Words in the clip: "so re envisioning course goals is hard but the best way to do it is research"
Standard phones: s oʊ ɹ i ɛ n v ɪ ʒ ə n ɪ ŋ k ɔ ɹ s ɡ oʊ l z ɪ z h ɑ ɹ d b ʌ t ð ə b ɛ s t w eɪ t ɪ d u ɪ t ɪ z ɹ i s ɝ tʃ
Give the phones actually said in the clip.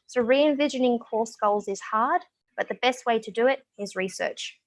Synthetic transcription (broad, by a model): s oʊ ɹ i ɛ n v ɪ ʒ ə n ɪ ŋ k ɔ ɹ s ɡ oʊ l z ɪ z h ɑ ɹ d b ʌ t ð ə b ɛ s t w eɪ t ɪ d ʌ ɪ t ɪ z ɹ i s ɝ tʃ